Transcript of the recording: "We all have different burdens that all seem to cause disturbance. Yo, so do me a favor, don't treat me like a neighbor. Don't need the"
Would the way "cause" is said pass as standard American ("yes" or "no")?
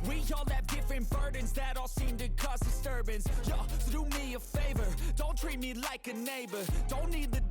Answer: no